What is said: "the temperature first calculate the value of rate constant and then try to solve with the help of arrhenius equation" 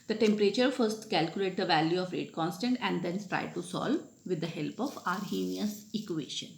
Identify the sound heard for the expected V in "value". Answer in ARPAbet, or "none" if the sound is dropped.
V